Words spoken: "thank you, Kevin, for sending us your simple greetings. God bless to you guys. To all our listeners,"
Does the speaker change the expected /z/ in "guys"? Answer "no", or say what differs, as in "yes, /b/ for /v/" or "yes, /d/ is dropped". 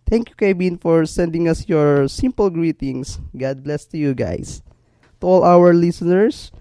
yes, /s/ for /z/